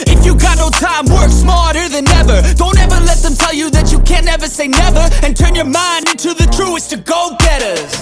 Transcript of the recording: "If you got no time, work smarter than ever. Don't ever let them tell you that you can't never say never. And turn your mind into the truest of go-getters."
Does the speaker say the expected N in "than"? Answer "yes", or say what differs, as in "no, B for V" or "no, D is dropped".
yes